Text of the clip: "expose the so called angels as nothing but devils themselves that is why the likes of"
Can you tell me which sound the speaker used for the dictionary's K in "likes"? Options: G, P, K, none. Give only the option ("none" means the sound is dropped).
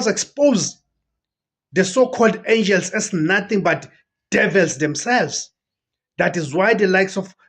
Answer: K